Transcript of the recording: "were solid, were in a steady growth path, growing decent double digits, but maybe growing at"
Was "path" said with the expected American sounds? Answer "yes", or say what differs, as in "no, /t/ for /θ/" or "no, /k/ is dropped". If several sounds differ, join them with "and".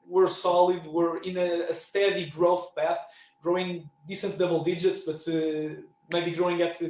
yes